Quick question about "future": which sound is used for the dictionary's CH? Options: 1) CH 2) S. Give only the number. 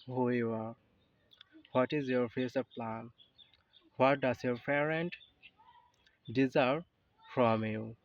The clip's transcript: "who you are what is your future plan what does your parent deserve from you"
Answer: 2